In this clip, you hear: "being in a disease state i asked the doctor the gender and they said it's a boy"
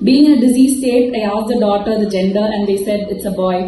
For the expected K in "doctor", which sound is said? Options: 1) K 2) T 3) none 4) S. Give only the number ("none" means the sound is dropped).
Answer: 3